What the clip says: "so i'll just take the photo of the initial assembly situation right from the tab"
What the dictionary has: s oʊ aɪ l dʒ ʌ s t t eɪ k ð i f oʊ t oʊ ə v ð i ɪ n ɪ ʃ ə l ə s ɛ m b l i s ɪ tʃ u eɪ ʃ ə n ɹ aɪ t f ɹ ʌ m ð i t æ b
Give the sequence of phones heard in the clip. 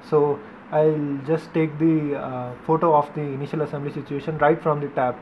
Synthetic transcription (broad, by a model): s oʊ aɪ l dʒ ʌ s t t eɪ k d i f oʊ t oʊ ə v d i ɪ n ɪ ʃ ə l ə s ɛ m b l i s ɪ tʃ u eɪ ʃ ə n ɹ aɪ t f ɹ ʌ m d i t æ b